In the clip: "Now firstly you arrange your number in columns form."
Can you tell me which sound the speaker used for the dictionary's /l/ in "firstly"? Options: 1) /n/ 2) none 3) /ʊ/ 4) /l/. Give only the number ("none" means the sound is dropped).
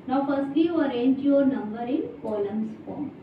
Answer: 2